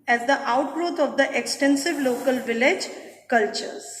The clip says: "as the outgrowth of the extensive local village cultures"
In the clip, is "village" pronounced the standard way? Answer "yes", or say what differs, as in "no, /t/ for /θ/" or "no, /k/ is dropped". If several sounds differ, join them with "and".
yes